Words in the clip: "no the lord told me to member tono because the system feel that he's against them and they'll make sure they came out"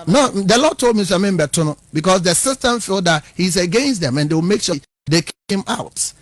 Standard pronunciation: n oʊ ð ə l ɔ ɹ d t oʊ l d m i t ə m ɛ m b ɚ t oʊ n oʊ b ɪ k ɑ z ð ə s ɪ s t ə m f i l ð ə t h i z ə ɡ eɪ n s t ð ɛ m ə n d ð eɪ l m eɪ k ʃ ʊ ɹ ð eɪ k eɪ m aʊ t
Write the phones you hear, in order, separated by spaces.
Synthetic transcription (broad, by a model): n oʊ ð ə l ɔ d t oʊ l d m i s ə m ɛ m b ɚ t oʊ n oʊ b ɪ k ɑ s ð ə s ɪ s t ə m f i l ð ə t h i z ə ɡ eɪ n s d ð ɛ m ə n d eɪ w m eɪ k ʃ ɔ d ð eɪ k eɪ m aʊ t